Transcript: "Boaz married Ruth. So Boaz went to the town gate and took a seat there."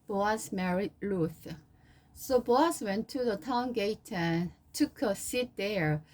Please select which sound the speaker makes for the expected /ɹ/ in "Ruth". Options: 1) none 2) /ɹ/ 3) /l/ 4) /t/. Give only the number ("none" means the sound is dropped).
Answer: 3